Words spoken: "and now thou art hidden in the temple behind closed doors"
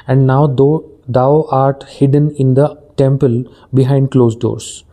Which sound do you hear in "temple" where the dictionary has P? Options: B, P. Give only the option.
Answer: P